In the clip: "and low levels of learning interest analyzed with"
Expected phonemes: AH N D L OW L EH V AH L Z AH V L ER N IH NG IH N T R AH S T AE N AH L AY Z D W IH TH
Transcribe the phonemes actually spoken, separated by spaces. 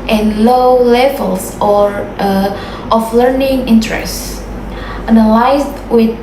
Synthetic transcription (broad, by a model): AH N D L OW L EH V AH L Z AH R L ER N IH NG IH N T R AH S T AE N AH L AY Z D W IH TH